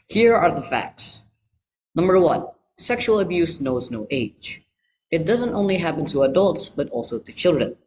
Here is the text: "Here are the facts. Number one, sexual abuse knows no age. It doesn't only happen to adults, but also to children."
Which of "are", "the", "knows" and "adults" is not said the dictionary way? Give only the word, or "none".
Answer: none